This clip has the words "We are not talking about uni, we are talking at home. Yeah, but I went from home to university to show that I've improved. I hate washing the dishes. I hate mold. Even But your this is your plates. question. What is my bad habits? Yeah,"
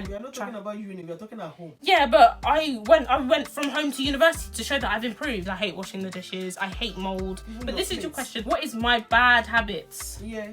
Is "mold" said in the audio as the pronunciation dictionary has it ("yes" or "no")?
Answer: yes